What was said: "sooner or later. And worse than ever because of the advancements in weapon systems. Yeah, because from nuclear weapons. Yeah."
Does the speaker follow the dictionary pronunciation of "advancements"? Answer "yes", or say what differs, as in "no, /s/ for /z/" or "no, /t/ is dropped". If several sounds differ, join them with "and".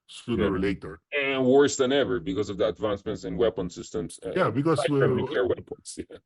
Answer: yes